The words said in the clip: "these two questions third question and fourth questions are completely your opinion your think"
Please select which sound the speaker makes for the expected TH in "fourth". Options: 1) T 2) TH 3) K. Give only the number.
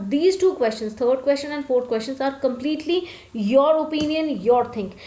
1